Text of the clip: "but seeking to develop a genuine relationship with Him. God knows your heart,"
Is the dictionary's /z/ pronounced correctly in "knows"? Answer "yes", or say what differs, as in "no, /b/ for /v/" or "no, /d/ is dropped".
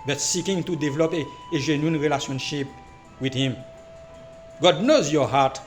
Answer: yes